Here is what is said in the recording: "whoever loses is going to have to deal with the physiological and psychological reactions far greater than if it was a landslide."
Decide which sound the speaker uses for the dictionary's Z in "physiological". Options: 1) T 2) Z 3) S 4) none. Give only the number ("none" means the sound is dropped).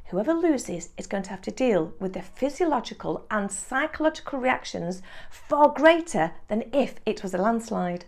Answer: 2